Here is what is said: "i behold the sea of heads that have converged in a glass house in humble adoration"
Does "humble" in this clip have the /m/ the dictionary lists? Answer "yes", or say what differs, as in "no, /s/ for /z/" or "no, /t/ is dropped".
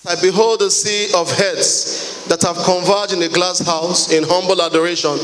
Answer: yes